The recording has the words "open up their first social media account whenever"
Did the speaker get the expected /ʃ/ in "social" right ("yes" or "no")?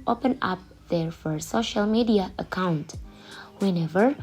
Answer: yes